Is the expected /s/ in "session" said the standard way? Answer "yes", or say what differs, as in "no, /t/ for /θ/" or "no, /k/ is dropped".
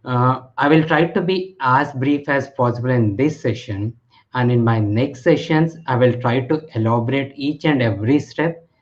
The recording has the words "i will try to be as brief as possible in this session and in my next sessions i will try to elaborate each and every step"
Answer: yes